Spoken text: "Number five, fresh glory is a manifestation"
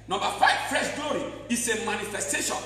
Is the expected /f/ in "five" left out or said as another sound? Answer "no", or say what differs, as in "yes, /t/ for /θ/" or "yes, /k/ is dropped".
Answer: no